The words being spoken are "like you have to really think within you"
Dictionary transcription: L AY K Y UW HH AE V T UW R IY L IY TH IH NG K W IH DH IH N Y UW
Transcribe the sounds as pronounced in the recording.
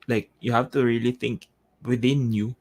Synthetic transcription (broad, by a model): L AY K Y UW HH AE F T UW R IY L IY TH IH NG K W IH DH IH N Y UW